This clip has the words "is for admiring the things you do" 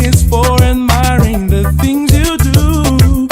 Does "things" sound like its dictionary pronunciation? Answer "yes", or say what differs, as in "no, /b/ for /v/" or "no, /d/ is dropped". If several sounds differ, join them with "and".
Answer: yes